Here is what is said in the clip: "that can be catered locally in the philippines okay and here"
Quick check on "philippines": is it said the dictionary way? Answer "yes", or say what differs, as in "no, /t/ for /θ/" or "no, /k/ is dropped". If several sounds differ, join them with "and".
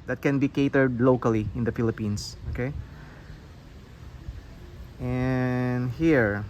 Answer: no, /s/ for /z/